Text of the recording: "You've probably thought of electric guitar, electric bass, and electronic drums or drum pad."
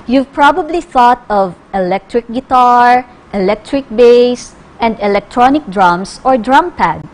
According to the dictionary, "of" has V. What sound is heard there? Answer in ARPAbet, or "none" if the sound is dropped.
V